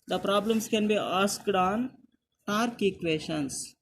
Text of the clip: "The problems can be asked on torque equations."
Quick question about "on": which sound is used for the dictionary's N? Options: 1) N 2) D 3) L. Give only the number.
1